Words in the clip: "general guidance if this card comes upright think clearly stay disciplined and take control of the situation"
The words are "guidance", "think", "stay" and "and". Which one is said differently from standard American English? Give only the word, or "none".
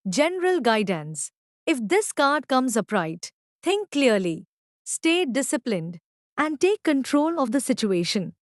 think